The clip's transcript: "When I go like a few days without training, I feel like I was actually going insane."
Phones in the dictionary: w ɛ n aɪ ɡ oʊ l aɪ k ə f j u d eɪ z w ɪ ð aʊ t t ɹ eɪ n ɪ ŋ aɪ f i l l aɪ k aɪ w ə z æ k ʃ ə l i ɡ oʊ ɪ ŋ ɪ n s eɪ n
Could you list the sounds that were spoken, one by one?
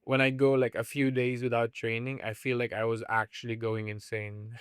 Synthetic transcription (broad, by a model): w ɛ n aɪ ɡ oʊ l aɪ k ə f j u d eɪ z w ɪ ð aʊ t t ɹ eɪ n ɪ ŋ aɪ f i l l aɪ k aɪ w ə z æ k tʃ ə l i ɡ oʊ ɪ ŋ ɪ n s eɪ n